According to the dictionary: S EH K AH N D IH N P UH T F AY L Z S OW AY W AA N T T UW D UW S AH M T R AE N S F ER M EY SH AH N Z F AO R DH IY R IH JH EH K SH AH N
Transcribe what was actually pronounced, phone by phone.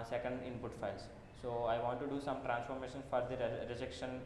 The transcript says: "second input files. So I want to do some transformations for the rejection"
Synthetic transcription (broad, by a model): S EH K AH N D IH N P UH T F AY L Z S OW AY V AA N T T UW D UW S AH M T R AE N S F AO M EY SH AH N F AO R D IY R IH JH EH K SH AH N